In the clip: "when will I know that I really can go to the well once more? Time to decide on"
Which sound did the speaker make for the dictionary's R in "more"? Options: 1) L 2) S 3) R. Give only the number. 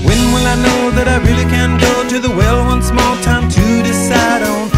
1